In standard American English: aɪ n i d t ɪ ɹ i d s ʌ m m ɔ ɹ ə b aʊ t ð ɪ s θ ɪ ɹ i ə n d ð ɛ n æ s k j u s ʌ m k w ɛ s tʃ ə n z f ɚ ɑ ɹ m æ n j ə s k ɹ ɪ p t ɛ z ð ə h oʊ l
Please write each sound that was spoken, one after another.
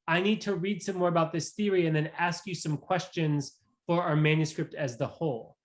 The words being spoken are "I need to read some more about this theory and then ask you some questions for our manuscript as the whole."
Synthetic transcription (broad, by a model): aɪ n i d t ɪ ɹ i d s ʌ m m ɔ ɹ ə b aʊ t ð ɪ s θ ɪ ɹ i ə n ð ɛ n æ s k j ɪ s ʌ m k w ɛ s tʃ ə n z f ɚ ɑ ɹ m æ n j ə s k ɹ ɪ p t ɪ z ð ə h oʊ l